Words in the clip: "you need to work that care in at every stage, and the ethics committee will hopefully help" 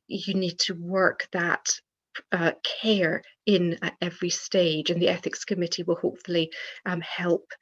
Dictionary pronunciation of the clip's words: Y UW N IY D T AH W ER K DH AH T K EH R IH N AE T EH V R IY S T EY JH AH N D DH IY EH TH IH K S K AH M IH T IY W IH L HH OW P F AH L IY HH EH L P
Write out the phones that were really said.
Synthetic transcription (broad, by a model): Y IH N IY D T AH W ER K DH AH T K EH R IH N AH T EH V R IY S T EY JH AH N DH IY EH TH IH K S K AH M IH T IY W IH L HH OW P F AH L IY HH EH L P